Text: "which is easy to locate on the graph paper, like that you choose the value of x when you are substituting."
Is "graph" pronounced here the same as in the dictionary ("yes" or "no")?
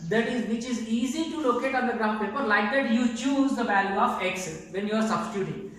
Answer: no